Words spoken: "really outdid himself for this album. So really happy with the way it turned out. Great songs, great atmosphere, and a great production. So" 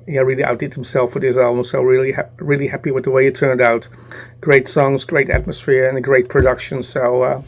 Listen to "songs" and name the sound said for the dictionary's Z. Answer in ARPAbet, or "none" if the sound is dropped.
Z